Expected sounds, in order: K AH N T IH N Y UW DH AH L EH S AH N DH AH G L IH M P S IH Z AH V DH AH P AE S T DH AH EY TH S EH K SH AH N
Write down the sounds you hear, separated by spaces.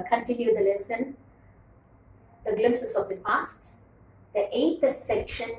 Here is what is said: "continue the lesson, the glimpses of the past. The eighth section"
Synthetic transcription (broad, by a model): K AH N T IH N Y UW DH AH L EH S AH N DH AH G L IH M S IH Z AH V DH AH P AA S T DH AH EY T S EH K SH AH N